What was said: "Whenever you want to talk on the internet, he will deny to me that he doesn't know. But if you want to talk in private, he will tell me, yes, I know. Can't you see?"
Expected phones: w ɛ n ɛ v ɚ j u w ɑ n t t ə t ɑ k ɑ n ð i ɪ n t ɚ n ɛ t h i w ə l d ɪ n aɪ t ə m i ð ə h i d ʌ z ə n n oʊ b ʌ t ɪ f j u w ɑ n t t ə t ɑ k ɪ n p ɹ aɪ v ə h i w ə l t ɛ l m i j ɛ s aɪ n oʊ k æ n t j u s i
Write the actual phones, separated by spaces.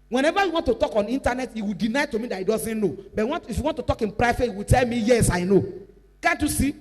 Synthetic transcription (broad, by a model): w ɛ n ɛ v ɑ j u w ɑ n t t ə t ɑ k ɑ n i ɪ n t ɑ n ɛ t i w ə l d ɪ n aɪ t ə m i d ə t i d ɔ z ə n n oʊ b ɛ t ɪ f j u w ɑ n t t ə t ɑ k ɪ n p ɹ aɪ f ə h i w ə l t ɛ l m i j ɛ s aɪ n oʊ k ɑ n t j u s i